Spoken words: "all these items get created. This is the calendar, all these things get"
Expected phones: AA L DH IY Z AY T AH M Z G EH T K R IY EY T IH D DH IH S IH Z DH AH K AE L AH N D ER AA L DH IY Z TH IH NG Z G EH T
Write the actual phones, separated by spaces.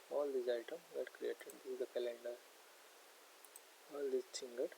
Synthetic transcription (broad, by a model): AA L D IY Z AY T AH M G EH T K R IY EY T IH D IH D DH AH K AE L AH N D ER AA L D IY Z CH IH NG G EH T